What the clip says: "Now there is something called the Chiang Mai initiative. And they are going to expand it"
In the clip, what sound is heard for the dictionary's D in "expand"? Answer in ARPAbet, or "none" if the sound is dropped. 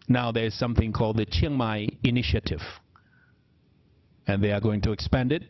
D